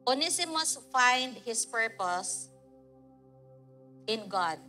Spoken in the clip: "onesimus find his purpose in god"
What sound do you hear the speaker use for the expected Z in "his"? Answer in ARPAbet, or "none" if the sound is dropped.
S